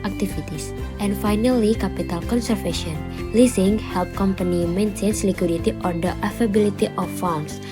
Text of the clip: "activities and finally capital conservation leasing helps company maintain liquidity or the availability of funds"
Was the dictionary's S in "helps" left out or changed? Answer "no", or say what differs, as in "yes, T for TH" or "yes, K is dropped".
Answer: yes, S is dropped